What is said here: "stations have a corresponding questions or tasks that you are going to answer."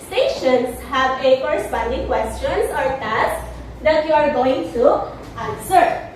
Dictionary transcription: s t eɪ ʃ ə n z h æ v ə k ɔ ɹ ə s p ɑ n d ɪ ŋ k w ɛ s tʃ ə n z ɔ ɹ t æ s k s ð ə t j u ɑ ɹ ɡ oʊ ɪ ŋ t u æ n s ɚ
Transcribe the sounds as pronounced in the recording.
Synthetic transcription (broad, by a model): s t eɪ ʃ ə n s h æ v ə k ɔ ɹ ə s p ɑ n d ɪ ŋ k w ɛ s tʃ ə n s ɔ ɹ t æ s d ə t j u ɑ ɹ ɡ oʊ ɪ ŋ t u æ n s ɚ